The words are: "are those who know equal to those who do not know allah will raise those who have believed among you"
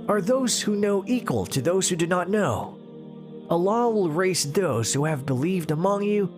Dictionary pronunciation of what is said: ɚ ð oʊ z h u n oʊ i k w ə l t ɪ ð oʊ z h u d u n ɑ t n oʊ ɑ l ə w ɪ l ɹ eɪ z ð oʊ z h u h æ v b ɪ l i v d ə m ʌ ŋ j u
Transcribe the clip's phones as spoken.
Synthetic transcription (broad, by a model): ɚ ð oʊ z h u n oʊ i k w ə l t ɪ ð oʊ z h u d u n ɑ t n oʊ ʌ l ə w ɪ l ɹ eɪ s ð oʊ z h u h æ v b ɪ l i v d ə m ʌ ŋ j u